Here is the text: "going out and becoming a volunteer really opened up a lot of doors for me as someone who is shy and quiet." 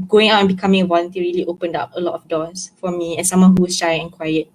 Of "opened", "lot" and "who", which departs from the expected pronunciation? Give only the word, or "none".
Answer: none